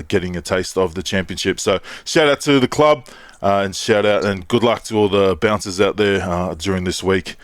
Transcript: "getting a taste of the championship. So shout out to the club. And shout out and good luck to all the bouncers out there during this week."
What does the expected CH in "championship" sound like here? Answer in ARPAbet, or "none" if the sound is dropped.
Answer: CH